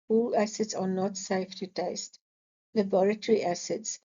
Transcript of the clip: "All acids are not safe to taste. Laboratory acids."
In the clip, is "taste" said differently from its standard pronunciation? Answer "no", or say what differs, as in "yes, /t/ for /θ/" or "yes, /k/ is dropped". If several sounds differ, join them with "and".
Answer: no